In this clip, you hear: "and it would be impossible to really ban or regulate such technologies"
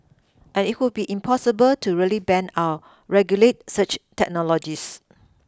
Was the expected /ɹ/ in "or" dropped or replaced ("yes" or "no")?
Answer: yes